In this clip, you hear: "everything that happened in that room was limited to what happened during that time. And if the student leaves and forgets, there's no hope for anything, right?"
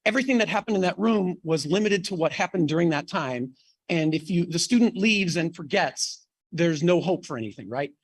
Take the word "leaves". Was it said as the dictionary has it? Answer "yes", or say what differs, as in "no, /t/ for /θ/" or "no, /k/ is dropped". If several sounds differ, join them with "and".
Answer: yes